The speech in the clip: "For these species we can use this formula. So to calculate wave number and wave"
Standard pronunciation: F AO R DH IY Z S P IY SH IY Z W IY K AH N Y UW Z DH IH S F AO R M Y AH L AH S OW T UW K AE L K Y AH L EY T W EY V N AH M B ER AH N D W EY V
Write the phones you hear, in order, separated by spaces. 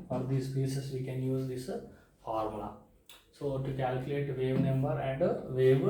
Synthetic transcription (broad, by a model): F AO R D IY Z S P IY S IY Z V IY K AH N Y UW Z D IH S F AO R M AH L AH S OW T UW K AE L K Y AH L EY T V EY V N AH M B ER AH N D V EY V